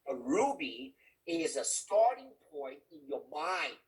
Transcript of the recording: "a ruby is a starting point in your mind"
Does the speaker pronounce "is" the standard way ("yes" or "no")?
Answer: yes